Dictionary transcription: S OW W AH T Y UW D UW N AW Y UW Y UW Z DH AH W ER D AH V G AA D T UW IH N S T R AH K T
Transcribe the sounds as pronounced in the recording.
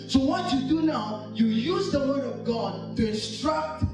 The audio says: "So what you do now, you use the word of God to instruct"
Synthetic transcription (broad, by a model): S OW W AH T Y UW D UW N AW Y UW Y UW Z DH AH W ER D AH V G AA D T UW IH N S T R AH K T